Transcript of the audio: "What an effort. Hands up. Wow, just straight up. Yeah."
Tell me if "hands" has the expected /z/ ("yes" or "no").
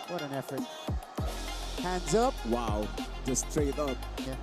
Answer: yes